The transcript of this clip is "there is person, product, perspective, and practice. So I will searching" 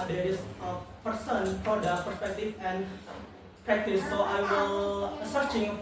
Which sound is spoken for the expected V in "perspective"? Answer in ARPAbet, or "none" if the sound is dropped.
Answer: F